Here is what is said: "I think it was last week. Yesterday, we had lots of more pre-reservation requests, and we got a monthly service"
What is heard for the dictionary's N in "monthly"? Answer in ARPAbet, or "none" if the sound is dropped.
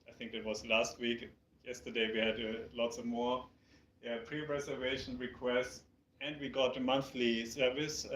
N